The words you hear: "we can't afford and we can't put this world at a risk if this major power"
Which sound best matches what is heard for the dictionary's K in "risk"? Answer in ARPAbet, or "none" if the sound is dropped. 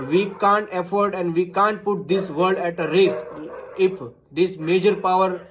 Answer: none